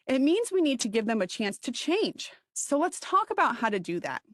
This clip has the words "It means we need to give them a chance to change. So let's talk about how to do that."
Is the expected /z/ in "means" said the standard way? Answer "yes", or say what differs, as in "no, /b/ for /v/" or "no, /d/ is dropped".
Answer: yes